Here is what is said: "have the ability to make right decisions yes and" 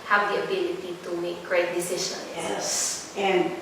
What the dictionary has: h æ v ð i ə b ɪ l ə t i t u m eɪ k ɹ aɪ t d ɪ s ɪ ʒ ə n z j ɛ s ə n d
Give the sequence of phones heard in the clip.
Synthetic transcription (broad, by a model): h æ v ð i ə b ɪ l ə t i t u m eɪ k ɹ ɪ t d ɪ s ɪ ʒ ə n j ɛ s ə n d